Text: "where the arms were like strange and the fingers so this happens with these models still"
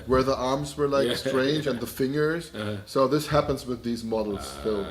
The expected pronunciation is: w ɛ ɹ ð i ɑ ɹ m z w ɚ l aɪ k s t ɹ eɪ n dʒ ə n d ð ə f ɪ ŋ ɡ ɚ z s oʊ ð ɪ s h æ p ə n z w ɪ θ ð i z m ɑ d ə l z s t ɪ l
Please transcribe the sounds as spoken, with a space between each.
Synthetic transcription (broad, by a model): w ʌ ɹ ð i ɑ ɹ m z w ɚ l aɪ k s t ɹ eɪ n dʒ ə n ð ə f ɪ ŋ ɡ ɚ z s oʊ ð ɪ s h æ p ə n z w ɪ ð i z m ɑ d l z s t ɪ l